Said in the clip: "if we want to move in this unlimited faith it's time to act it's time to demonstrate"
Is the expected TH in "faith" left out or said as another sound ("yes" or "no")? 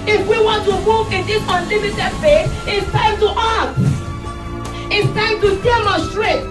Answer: yes